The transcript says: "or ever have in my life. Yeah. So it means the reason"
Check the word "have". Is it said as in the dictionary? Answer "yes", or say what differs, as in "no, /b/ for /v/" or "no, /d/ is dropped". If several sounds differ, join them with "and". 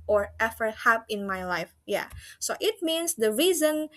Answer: no, /p/ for /v/